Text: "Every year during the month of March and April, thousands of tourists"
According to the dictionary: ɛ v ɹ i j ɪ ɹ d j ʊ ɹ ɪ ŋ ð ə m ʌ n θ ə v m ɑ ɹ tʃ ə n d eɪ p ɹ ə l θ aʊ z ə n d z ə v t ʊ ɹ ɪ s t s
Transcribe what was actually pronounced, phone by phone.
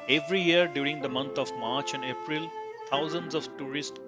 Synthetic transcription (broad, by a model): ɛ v ɹ i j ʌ ɹ d j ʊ ɹ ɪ ŋ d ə m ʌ n t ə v m ɑ ɹ tʃ ə n d eɪ p ɹ ə l t aʊ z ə n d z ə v t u ɹ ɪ s t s